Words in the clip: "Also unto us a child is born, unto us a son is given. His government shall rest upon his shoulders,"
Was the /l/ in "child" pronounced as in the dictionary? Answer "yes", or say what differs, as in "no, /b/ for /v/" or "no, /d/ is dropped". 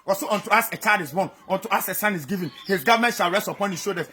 no, /l/ is dropped